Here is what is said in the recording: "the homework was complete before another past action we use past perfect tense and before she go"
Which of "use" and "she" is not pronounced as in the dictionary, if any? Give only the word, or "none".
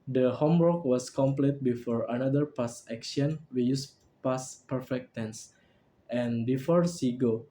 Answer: she